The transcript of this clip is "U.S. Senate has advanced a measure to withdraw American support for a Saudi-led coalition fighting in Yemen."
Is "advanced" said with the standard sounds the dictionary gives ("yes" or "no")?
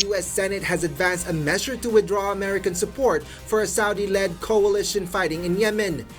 yes